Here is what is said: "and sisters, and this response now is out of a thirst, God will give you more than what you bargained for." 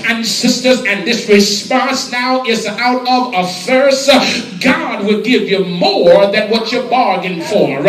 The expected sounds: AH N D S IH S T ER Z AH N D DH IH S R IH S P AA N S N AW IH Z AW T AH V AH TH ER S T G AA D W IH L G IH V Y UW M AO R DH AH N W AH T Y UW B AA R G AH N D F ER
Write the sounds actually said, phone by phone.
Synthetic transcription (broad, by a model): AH N S IH S T ER Z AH N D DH IH S R IH S P AA N S N AW IH Z AW T AH V AH F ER S G AA D W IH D G IH V Y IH M AO R DH AH N W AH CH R B AA R G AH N F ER